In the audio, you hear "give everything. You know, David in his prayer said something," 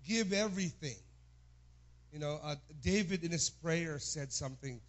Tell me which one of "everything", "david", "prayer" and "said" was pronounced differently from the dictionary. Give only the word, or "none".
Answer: none